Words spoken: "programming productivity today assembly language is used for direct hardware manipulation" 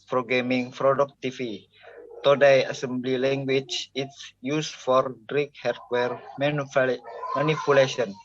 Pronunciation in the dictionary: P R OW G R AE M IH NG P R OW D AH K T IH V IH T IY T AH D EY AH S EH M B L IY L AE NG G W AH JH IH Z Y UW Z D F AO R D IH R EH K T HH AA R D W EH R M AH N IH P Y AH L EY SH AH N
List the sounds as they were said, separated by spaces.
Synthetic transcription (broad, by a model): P R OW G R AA M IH NG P R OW D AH K T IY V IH T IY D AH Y AH S EH M B L IY L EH NG G W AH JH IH S Y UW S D F AO R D R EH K HH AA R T W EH R M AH N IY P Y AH L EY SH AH N